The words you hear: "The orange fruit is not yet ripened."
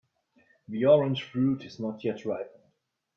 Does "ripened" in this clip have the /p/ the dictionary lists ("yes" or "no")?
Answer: no